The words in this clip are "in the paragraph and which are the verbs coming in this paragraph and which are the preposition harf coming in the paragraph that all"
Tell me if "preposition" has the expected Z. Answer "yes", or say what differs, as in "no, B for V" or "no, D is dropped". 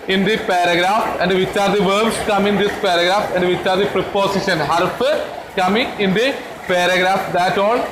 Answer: no, S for Z